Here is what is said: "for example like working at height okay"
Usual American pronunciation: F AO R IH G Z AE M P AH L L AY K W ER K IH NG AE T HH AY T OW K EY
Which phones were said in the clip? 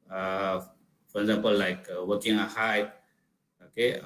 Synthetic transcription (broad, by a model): F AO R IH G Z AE M P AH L L AY K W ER K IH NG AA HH AY OW K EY